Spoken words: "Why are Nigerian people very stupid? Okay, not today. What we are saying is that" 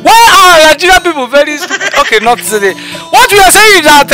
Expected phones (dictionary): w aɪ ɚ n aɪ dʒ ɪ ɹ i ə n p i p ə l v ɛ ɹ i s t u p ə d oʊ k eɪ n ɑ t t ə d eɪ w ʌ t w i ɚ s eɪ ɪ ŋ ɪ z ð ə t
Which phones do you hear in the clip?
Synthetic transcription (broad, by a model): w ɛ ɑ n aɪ dʒ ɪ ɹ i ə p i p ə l v ɛ ɹ i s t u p oʊ k eɪ n ɑ t s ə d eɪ w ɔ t w i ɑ s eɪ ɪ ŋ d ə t